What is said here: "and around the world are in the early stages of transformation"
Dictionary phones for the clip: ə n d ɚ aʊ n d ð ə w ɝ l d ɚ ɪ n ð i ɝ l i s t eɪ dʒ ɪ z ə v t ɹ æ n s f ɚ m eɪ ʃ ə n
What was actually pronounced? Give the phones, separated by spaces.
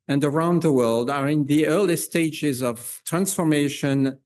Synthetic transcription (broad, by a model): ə n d ɚ aʊ n d ð ə w ɝ l d ɚ ɪ n ð i ɝ l i s t eɪ dʒ ɪ z ə v t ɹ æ n s f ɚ m eɪ ʃ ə n